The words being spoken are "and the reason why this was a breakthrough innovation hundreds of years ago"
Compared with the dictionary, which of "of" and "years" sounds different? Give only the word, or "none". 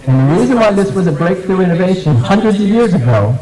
none